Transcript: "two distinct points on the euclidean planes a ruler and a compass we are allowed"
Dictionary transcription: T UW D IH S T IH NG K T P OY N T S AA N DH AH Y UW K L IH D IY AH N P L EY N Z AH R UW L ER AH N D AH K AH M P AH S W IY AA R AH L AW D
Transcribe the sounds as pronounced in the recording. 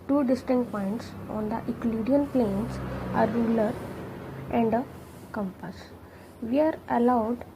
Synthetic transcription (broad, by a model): T UW D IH S T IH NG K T P OY N T S AA N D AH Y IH K L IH D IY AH N P L EY N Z AH R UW L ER AH N D AH K AH M P AH S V IY AA R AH L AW D